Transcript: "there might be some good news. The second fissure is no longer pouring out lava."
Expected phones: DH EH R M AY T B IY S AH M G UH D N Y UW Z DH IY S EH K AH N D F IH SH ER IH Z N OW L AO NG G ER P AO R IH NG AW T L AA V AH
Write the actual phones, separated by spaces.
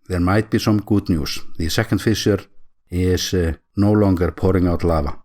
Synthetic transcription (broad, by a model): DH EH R M AY T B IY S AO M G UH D N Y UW S DH IY S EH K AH N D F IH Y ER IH S N OW L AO NG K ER P AO R IH NG AW T L AA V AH